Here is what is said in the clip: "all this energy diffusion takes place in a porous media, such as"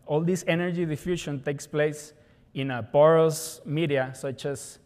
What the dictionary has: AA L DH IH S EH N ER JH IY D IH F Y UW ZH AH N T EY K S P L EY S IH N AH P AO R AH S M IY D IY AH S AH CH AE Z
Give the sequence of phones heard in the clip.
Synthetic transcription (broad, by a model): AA L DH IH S EH N ER JH IY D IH F Y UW SH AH N T EY K S P L EY S IH N AH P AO R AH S M IY D IY AH S AH CH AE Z